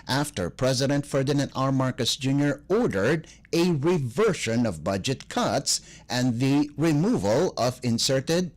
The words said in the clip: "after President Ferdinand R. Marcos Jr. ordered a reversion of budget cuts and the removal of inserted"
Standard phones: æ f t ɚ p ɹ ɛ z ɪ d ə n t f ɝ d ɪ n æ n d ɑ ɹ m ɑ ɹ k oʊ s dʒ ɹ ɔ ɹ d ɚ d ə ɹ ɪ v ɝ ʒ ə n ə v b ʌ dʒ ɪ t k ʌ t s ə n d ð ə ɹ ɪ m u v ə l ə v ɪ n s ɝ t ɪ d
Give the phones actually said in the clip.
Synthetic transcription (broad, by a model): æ f t ɚ p ɹ ɛ z ɪ d ə n t f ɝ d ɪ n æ n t ɑ ɹ m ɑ ɹ k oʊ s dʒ ɹ ɔ ɹ d ɚ d ə ɹ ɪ v ɝ ʃ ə n ə v b ʌ dʒ ɪ t k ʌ t s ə n ð ə ɹ ɪ m u v ə l ə v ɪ n s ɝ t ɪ d